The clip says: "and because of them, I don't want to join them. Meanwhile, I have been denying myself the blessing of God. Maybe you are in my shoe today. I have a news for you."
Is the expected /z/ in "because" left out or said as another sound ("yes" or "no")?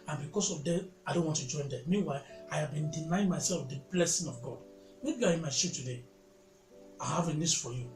yes